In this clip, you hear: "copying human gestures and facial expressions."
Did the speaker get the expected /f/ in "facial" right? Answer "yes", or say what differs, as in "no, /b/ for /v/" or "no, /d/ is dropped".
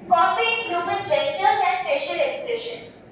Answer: no, /p/ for /f/